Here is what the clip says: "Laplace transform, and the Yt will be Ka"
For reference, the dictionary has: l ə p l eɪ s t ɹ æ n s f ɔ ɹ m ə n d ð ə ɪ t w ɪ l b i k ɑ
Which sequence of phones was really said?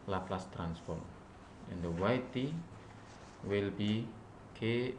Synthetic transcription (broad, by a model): l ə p l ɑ s t ɹ æ n s f ɔ ɹ m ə n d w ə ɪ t w ɪ l b i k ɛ